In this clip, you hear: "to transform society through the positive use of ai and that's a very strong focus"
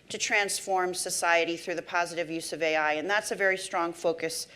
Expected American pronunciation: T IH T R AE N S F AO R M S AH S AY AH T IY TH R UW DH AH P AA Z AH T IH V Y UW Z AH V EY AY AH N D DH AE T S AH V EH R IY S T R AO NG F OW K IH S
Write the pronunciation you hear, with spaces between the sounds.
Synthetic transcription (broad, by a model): T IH T R AE N S F AO R M S AH S AY AH T IY TH R UW DH AH P AA Z AH T IH V Y UW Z AH V EY AY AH N DH AE T S AH V EH R IY S T R AO NG F OW K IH S